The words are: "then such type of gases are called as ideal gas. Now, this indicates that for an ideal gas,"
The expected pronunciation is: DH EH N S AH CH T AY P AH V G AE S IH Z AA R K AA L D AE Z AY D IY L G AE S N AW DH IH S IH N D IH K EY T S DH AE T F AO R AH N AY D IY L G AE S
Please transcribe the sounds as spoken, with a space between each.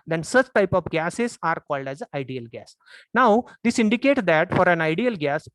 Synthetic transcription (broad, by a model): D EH N S AH CH T AY P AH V G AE S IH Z AA R K AA L D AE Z AY D IY L G AE S N AW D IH S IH N D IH K EY T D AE T F AO R AH N AY D IY L G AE S